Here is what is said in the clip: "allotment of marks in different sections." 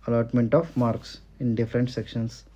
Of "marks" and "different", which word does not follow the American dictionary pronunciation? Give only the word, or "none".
none